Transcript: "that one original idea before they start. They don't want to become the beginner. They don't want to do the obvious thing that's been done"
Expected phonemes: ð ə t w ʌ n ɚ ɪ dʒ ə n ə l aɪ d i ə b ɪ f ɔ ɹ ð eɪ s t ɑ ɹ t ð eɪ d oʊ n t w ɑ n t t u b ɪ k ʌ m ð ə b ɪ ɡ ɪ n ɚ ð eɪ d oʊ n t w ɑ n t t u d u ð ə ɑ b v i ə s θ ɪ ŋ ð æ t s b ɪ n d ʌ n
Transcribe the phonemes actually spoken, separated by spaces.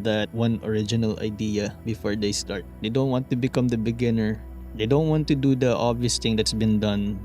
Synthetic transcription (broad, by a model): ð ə t w ʌ n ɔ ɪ dʒ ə n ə l aɪ d i ə b ɪ f ɔ ɹ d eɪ s t ɑ ɹ t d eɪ d oʊ n t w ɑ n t t u b ɪ k ʌ m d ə b ɪ ɡ ɪ n ɚ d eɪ d oʊ n t w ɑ n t t u d u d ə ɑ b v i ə s t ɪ ŋ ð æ t s b ɪ n d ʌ n